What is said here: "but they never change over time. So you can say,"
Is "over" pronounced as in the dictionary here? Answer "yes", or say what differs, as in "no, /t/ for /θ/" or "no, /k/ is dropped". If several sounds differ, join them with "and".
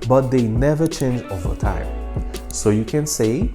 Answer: yes